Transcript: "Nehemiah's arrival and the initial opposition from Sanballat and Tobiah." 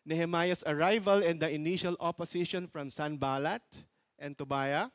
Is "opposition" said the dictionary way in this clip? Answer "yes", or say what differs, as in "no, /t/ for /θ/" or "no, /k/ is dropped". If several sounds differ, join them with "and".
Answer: no, /s/ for /z/